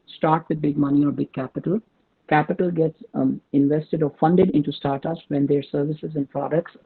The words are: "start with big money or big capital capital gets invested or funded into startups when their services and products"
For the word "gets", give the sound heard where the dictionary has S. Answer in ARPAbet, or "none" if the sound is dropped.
S